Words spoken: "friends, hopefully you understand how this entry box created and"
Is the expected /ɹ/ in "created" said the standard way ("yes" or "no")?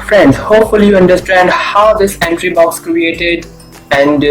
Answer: yes